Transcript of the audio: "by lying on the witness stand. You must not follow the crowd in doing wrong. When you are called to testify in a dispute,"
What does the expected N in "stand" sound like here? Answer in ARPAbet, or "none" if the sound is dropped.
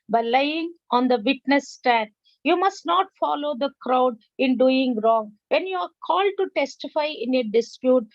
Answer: none